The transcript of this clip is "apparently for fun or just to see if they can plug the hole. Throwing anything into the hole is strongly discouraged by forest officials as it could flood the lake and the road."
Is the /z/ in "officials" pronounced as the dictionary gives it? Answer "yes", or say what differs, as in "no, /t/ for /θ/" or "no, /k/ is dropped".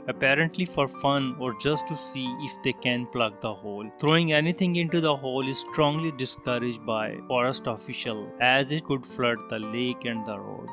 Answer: no, /z/ is dropped